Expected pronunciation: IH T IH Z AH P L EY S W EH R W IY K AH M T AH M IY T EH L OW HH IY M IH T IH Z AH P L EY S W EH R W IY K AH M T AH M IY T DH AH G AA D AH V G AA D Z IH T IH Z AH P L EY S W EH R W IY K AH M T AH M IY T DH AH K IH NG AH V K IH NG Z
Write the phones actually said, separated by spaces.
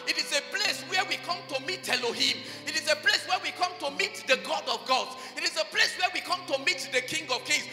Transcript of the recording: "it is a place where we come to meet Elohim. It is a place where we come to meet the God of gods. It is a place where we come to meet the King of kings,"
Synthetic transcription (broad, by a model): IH T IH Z AH P L EY S W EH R W IY K AH M T AH M IY T EH L OW HH IY M IH T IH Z AH P L EY S W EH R W IY K AH M T AH M IY T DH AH G AA D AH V G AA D IH T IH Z AH P L EY S W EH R W IY K AH M T AH M IY T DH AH K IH NG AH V K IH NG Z